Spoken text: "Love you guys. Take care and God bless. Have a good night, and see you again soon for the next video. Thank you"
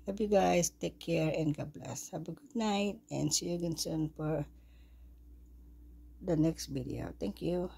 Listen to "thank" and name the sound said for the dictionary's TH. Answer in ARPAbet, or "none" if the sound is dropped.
T